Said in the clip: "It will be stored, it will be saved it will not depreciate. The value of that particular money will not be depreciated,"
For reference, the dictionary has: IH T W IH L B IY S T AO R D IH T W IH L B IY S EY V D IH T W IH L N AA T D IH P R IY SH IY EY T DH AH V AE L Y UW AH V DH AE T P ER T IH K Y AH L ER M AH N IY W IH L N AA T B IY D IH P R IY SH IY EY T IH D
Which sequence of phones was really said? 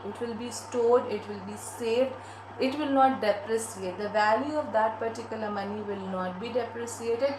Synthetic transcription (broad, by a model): IH T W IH L B IY S T AO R D IH T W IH L B IY S EY V D IH T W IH L N AA T D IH P R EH S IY EY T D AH V AE L Y UW AH V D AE T P ER T IH K Y AH L ER M AH N IY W IH L N AA T B IY D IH P R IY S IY EY T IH D